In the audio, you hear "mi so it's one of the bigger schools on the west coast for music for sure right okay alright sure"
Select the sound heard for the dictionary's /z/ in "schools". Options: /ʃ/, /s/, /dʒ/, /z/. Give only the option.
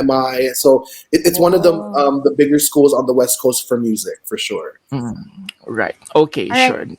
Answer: /z/